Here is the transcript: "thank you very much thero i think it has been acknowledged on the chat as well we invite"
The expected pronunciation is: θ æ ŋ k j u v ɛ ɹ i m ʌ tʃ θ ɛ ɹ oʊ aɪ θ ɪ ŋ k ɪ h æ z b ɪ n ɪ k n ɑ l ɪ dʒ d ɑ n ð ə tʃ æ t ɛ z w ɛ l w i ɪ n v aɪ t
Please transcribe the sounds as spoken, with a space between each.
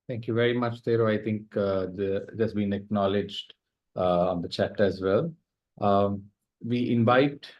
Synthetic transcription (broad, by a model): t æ ŋ k j u v ɛ ɹ i m ʌ tʃ t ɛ ɹ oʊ aɪ t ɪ ŋ k ɪ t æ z b ɪ n ɪ k n ɑ l ɪ dʒ d ɑ n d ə tʃ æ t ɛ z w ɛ l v i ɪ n v aɪ t